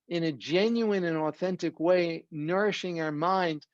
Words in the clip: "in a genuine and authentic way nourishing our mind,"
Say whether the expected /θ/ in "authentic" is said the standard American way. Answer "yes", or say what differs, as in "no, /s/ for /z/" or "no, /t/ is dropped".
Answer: yes